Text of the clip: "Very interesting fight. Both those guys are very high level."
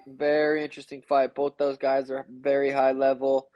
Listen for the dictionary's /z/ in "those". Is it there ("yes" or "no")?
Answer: yes